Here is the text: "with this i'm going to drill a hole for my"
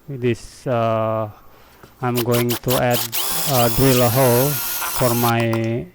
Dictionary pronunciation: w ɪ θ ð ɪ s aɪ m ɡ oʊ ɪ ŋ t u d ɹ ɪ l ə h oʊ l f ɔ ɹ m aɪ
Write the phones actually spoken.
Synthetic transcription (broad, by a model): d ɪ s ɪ aɪ m ɡ oʊ ɪ ŋ t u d ɹ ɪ l ə h oʊ l f ɔ ɹ m aɪ